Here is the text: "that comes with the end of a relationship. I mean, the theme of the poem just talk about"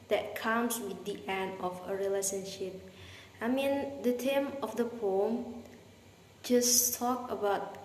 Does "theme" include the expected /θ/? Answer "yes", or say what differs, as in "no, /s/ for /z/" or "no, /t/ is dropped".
no, /t/ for /θ/